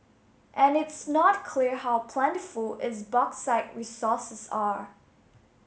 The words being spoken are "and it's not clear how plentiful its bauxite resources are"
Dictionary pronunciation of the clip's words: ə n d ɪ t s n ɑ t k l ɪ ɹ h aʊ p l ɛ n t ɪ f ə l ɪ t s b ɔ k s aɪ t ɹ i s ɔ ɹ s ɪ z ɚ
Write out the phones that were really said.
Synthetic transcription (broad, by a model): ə n ɪ t s n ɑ t k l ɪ ɹ h aʊ p l ɛ n t ɪ f ə l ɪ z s b ɔ k s aɪ t ɹ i s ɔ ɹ s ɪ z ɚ